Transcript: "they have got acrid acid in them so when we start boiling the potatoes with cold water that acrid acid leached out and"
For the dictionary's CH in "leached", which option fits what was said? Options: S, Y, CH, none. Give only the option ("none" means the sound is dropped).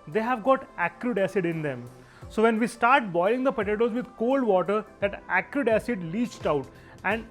CH